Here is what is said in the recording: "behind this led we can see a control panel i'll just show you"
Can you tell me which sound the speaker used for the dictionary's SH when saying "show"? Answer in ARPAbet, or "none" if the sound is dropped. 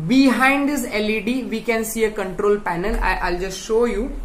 SH